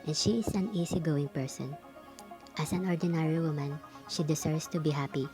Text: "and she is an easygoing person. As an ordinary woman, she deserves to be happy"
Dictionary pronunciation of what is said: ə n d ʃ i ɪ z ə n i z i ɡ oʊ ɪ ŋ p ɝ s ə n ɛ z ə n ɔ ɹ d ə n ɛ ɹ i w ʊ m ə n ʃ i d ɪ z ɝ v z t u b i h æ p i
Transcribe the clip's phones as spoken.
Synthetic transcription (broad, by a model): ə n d ʃ i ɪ s ə n i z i ɡ oʊ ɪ ŋ p ɝ s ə n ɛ s ə n ɔ ɹ d ə n ɛ ɹ i w ʊ m ə n ʃ i d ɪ s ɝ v s t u b i h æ p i